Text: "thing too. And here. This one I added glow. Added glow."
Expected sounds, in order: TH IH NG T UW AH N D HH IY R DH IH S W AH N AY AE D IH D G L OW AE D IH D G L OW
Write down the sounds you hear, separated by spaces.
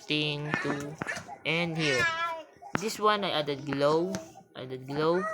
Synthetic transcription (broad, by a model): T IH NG T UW AH N D HH IY R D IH S W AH N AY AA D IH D G L OW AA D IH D G L OW